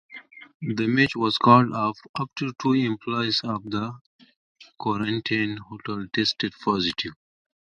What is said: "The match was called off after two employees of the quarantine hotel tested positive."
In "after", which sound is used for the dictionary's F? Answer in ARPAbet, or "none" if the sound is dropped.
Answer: P